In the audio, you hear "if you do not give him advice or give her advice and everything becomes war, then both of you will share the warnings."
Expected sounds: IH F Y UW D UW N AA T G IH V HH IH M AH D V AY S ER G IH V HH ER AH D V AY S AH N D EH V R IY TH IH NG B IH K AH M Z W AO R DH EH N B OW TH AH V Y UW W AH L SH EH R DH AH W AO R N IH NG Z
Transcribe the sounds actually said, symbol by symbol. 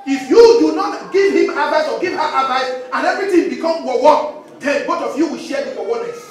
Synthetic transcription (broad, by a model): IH F Y UW D UW N AA T G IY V HH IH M AH D V AY S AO G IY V HH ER AH D V AY S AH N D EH V R IY T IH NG B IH K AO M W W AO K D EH N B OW T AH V Y UW W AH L SH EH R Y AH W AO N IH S